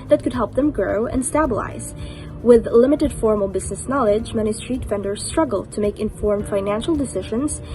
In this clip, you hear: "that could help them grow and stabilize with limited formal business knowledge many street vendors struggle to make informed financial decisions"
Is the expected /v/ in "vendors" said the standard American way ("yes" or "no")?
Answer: no